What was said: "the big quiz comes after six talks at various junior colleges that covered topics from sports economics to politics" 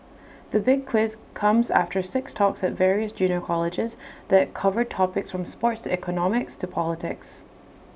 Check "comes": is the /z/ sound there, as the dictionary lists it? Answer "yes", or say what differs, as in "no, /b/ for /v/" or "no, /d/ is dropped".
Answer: yes